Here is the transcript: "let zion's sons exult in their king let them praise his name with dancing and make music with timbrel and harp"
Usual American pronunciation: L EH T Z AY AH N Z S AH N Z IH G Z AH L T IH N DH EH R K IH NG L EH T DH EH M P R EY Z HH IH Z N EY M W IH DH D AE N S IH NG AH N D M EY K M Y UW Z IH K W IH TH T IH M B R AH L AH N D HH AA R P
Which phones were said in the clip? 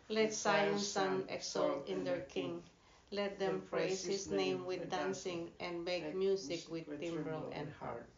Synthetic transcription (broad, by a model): L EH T S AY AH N S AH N IH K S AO L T IH N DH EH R K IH NG L EH T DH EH M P R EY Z HH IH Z N EY M W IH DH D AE N S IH NG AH N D M EY K M Y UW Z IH K W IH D T IH M B R AH L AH N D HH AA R